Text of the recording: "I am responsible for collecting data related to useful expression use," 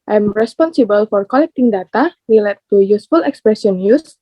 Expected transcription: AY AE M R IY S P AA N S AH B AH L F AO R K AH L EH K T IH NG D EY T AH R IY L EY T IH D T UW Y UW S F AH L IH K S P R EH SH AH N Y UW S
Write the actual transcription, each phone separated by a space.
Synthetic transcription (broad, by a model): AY M R IY S P AA N S AH B AH L F AO R K AH L EH K T IH NG D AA T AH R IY L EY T T UW Y UW S F AH L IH K S P R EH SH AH N Y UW S